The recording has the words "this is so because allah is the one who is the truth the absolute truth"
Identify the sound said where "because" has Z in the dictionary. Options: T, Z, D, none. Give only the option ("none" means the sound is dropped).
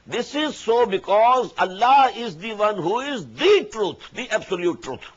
Z